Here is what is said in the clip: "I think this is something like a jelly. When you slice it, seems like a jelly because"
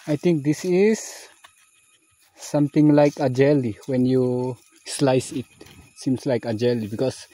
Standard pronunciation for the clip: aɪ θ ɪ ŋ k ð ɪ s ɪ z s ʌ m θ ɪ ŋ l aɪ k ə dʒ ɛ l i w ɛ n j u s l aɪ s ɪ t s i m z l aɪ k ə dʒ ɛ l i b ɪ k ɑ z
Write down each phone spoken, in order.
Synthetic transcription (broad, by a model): aɪ t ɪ ŋ k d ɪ s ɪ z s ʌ m t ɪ ŋ l aɪ k ə dʒ ɛ l i w ɛ n j u s l aɪ s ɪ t s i m s l aɪ k ə dʒ ɛ l i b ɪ k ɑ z